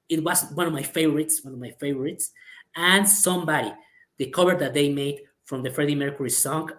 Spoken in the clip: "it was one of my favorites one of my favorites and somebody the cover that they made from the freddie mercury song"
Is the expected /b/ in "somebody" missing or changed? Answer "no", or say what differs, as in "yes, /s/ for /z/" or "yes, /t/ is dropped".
no